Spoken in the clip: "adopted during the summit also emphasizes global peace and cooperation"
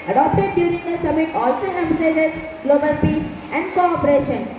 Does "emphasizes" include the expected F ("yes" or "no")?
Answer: no